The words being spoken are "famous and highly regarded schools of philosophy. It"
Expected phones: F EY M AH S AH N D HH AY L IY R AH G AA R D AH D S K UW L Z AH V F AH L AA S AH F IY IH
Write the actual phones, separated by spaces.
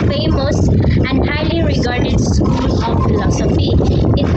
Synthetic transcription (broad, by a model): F EY M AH S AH N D HH AY L IY R AH G AA R D AH D S K UW L AH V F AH L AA S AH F IY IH